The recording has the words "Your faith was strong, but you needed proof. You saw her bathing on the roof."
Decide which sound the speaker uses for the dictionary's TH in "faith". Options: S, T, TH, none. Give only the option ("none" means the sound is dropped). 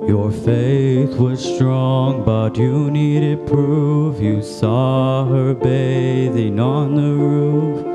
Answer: TH